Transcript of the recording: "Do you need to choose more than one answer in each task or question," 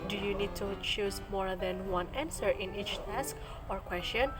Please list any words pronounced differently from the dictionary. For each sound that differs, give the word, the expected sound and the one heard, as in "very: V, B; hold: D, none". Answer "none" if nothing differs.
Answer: none